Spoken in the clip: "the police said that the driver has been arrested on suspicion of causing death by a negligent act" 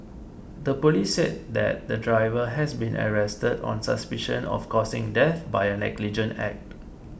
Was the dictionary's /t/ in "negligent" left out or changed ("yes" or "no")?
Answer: yes